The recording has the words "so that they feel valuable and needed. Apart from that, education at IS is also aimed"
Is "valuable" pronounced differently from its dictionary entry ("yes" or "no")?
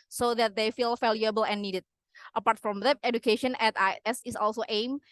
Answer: yes